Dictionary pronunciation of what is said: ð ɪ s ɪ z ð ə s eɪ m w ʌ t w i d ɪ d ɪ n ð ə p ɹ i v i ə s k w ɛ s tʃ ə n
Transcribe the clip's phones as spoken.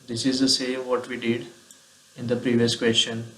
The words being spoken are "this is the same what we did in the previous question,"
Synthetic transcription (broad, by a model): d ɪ s ɪ z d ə s eɪ m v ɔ t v i d ɪ d ɪ n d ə p ɹ i v i ə s k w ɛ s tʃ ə n